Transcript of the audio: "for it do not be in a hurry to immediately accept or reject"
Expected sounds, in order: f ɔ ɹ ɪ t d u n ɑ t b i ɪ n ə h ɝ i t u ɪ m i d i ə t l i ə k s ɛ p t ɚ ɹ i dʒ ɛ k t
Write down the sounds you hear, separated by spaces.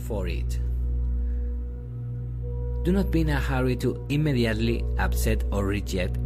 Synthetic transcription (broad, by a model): f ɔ ɹ ɪ t d u n ɑ t b i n ə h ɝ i t u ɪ m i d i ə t l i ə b s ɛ t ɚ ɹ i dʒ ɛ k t